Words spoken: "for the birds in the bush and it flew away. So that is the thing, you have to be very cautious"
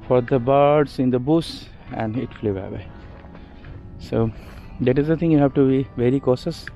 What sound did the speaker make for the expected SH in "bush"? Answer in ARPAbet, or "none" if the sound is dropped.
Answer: S